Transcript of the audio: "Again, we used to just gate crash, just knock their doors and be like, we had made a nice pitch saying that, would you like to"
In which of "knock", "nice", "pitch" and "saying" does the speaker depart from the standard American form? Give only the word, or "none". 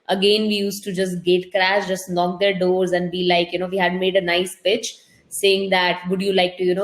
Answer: none